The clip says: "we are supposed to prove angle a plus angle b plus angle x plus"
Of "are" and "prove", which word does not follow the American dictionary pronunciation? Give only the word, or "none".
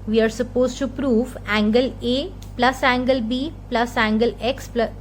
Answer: none